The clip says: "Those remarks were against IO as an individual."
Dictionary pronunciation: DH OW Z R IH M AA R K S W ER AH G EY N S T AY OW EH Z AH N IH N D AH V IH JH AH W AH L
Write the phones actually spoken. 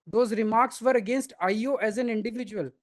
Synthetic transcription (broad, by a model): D OW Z R IH M AA R K S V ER AH G EY N S T AY OW EH Z AH N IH N D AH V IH JH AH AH L